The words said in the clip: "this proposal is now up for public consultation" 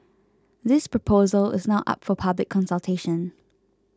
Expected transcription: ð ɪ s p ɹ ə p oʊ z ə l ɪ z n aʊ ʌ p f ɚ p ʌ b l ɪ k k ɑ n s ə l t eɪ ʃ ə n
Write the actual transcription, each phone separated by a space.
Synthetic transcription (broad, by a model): ð ɪ s p ɹ ə p oʊ z ə l ɪ z n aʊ ʌ p f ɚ p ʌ b l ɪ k k ɑ n s ə l t eɪ ʃ ə n